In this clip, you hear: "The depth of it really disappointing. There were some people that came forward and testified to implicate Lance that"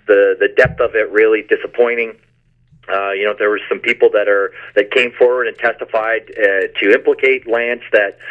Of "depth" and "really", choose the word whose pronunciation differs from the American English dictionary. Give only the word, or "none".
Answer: none